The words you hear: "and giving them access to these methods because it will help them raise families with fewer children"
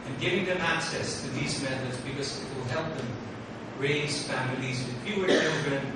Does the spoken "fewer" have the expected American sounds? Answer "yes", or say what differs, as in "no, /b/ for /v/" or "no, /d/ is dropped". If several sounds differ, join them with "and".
no, /p/ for /f/